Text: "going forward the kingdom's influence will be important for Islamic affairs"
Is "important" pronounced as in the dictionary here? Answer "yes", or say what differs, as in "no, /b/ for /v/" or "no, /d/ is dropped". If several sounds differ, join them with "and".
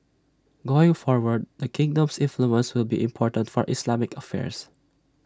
yes